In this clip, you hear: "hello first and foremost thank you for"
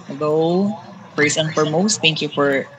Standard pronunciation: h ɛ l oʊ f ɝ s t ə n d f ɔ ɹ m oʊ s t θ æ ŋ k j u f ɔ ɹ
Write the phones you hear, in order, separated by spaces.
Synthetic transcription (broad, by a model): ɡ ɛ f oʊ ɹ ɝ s ə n f ɔ ɹ m oʊ s t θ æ ŋ k j u f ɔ ɹ